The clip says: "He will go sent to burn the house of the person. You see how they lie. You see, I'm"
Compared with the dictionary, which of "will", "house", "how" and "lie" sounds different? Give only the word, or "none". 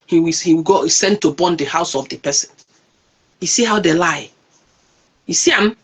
will